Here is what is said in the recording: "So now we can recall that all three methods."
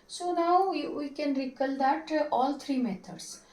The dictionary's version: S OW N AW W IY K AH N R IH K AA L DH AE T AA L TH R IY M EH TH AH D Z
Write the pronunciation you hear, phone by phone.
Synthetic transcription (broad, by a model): S OW N AW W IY K AH N R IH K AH L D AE T AA L T R IY M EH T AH D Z